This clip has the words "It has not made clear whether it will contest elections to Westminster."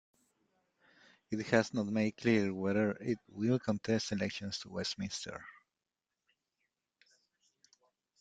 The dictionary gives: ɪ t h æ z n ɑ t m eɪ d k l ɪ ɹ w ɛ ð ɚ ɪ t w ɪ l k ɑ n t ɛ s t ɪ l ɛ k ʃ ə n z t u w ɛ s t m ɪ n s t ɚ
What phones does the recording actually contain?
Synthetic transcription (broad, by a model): ɪ t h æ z n ɑ t m eɪ d k l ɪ ɹ w ɛ ð ɚ ɪ t w ɪ l k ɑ n t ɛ s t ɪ l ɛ k ʃ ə n s t u w ɛ s t m ɪ n s t ɚ